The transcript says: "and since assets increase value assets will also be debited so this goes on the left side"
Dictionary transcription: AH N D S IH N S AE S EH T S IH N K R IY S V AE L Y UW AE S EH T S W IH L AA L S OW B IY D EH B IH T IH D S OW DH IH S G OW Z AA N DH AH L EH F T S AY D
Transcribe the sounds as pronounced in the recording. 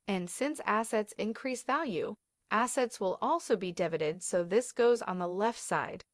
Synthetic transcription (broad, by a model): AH N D S IH N S AE S EH T S IH N K R IY S V AE L Y UW AE S EH T S W IH L AA L S OW B IY D EH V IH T IH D S OW DH IH S G OW Z N DH AH L EH F T S AY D